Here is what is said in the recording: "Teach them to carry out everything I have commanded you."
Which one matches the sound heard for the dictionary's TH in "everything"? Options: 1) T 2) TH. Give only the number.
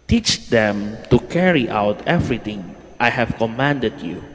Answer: 1